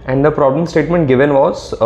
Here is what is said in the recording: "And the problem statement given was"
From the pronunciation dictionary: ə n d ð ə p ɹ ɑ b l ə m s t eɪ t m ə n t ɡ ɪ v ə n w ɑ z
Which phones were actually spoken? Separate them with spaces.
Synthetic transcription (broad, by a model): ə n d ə p ɹ ɑ b l ə m s t eɪ t m ə n t ɡ ɪ v ə n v ɑ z